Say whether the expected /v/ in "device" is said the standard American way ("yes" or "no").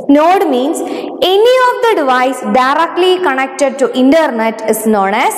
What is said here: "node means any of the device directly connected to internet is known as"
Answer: yes